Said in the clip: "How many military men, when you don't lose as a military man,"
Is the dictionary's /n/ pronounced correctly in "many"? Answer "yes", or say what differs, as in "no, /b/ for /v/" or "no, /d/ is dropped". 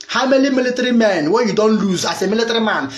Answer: no, /l/ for /n/